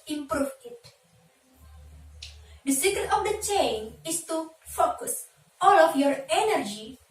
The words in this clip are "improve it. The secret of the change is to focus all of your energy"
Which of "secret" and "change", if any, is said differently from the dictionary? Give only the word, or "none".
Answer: change